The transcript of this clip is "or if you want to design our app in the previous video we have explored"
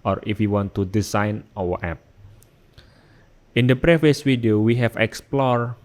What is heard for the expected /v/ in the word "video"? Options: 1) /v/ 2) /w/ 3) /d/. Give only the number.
2